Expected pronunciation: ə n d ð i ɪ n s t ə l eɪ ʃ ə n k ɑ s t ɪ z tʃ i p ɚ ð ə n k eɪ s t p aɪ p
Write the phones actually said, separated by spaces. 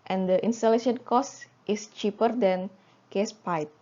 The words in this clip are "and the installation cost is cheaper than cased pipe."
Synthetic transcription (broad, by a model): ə n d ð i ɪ n s t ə l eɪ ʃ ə n k ɑ s t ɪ s tʃ i p ɚ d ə n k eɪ s p aɪ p